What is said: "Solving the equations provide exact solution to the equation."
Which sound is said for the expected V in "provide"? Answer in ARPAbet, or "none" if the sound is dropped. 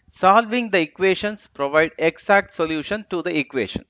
V